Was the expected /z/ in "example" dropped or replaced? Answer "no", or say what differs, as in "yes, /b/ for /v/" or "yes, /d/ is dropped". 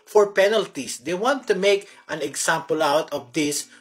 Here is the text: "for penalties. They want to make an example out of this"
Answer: yes, /s/ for /z/